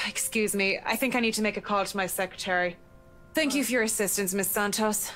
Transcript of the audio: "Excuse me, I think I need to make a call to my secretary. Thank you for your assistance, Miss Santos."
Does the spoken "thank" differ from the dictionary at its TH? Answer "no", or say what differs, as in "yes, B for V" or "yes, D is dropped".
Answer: no